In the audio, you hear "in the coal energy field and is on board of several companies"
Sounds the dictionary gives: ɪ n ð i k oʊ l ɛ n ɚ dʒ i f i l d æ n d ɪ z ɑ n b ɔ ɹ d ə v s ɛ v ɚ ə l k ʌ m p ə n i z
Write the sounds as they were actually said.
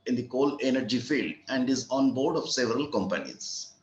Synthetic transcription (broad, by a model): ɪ n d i k oʊ l ɛ n ɚ dʒ i f i l d æ n d ɪ z ɑ n b ɔ ɹ d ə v s ɛ v ɚ ə l k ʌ m p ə n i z